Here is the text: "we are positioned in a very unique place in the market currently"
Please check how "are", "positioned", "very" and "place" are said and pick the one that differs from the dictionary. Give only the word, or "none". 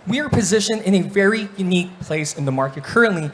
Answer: positioned